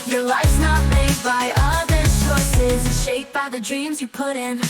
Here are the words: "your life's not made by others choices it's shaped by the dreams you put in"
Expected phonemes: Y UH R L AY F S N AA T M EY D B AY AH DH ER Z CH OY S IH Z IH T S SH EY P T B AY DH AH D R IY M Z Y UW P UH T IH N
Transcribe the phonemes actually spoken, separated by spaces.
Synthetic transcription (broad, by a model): Y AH R L AY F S N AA T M EY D B AY AH DH ER CH OY S IH Z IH SH EY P B AY DH AH D R IY M Z Y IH P UH T IH N